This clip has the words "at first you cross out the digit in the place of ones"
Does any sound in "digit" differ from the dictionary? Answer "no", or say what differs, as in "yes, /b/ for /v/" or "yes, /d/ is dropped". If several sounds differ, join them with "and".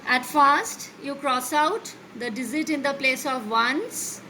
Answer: yes, /z/ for /dʒ/